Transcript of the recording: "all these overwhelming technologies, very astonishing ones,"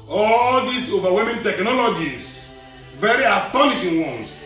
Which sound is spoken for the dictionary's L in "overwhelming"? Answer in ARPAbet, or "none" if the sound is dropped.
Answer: none